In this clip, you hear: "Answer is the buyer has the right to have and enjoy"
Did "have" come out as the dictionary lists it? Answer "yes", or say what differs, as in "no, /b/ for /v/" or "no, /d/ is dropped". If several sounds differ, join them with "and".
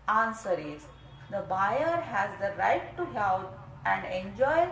no, /p/ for /v/